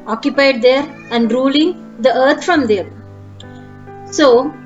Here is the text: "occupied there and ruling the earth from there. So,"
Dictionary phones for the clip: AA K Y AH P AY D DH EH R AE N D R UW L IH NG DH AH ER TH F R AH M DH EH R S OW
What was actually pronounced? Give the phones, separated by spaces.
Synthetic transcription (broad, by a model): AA K Y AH P AY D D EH R AE N D R UW L IH NG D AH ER T F R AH M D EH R S OW